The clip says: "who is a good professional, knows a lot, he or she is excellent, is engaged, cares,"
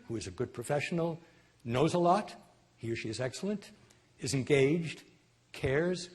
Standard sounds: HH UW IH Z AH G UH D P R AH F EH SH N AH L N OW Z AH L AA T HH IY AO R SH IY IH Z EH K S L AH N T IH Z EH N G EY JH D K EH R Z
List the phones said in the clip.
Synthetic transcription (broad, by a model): HH UW IH Z AH G UH D P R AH F EH SH N L N OW Z AH L AA T HH IY R SH IY IH Z EH K S L AH N T IH Z EH N G EY JH D K EH R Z